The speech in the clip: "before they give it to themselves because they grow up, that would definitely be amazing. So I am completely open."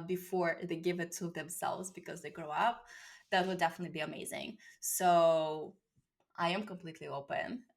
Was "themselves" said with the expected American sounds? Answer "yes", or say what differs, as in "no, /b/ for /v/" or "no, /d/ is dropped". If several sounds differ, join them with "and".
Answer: yes